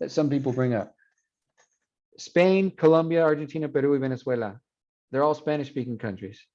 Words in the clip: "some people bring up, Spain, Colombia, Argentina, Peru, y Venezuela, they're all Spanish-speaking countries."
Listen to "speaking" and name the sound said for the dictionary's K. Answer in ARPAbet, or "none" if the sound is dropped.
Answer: K